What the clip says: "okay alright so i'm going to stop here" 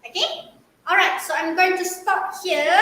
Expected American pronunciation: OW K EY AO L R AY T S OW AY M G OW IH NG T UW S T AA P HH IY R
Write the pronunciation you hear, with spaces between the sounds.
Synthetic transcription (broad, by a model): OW K EY AO L R AY T S OW AY M G OW IH NG T UW S T AA P HH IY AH